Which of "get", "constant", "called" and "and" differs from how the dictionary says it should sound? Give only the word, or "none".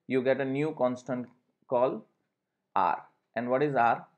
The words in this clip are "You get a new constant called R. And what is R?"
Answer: called